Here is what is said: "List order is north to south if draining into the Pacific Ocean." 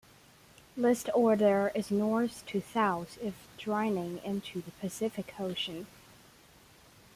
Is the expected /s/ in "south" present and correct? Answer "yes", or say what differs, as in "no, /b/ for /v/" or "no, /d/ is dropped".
no, /θ/ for /s/